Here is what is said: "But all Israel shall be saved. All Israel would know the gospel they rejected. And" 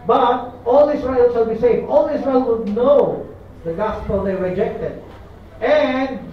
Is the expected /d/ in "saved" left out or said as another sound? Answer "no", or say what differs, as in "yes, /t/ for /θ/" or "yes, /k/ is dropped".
yes, /d/ is dropped